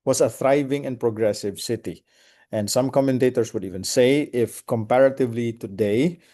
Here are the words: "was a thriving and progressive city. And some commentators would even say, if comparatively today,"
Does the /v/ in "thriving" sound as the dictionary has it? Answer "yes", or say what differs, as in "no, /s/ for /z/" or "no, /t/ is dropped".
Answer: yes